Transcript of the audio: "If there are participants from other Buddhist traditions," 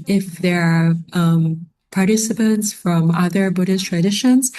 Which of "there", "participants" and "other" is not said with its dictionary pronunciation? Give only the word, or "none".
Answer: none